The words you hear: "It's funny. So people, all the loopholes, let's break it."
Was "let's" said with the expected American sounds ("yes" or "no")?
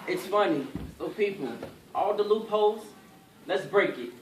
yes